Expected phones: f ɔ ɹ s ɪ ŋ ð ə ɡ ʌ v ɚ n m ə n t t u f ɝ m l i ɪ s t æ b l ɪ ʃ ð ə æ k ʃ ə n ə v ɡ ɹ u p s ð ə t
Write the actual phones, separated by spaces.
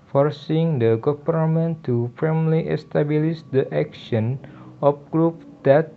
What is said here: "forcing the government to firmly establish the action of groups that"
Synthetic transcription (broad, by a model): f ɔ ɹ s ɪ ŋ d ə ɡ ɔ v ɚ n m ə n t t u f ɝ m l i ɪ s t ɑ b l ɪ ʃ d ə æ k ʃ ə n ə p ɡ ɹ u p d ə t